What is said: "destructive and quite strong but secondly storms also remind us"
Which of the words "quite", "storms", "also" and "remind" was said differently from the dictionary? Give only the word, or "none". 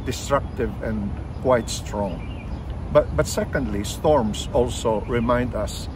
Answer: storms